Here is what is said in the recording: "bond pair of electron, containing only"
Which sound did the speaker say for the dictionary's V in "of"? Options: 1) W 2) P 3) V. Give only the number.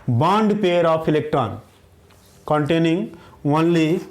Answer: 2